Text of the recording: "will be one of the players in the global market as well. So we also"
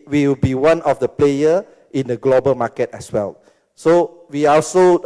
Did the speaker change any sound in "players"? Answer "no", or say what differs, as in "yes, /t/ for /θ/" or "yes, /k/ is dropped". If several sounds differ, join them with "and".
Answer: yes, /z/ is dropped